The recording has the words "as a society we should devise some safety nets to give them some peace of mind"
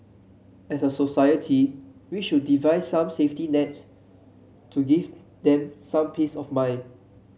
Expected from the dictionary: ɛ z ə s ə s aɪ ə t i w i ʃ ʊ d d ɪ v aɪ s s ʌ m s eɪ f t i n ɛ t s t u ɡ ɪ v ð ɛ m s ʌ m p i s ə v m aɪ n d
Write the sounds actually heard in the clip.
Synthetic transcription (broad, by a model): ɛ s ə s ə s aɪ ə t i w i ʃ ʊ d d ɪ v aɪ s s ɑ m s eɪ f t i n ɛ t s t u ɡ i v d ɛ m s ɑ m p i s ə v m aɪ n